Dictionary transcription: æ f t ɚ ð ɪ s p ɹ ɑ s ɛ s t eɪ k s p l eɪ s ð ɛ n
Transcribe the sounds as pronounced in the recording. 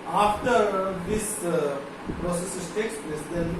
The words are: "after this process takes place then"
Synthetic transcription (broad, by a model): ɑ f t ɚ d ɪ s p ɹ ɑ s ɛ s t eɪ k s p l eɪ s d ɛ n